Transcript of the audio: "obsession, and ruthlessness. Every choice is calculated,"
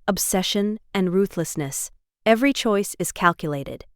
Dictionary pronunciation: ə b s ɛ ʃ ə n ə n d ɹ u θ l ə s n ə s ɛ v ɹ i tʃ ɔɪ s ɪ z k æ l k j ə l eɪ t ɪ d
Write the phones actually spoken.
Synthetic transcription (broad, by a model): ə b s ɛ ʃ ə n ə n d ɹ u θ l ə s n ə s ɛ v ɹ i tʃ ɔɪ s ɪ z k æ l k j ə l eɪ t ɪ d